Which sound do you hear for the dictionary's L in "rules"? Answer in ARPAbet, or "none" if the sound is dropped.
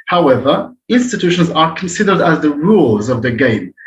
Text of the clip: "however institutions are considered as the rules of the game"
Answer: L